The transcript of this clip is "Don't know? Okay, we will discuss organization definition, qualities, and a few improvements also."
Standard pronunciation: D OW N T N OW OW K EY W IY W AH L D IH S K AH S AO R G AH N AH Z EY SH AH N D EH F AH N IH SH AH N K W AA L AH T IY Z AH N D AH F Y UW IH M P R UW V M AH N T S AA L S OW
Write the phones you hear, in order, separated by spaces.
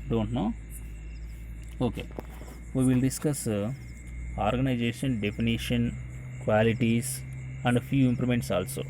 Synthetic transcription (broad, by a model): D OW N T N OW OW K EY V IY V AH L D IH S K AH S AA R G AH N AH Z EY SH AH N D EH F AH N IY SH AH N K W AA L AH T IY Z AH N D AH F Y UW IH M P L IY M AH N T S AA L S OW